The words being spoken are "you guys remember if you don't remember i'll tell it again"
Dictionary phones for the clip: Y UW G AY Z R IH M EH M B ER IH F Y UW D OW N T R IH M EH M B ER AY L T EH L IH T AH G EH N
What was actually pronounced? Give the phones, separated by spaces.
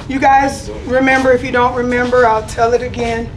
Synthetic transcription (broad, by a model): Y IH G AY Z R IH M EH M B ER IH F Y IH D OW N T R IH M EH M B ER AY L T EH L IH T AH G EH N